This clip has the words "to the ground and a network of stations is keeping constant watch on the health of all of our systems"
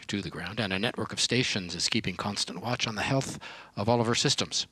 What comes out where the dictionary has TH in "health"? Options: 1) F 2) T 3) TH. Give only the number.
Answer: 3